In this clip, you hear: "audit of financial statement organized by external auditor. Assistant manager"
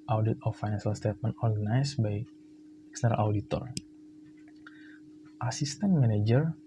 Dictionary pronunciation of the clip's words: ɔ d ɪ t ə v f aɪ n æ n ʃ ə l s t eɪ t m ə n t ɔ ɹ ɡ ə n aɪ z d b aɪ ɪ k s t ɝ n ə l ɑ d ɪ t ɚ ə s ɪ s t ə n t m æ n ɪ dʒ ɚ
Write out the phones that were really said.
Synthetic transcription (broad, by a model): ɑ d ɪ t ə f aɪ n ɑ n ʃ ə l s t eɪ t m ə n t ɔ ɹ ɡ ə n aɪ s b aɪ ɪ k s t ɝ ə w d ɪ t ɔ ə s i s t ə n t m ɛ n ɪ dʒ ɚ